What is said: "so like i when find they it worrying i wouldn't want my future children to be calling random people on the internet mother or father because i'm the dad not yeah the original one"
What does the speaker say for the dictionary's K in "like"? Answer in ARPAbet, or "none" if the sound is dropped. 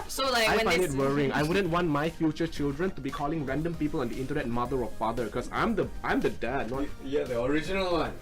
none